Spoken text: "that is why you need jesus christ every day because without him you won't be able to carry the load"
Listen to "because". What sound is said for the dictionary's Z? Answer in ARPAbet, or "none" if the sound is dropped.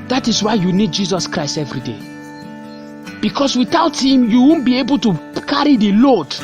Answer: S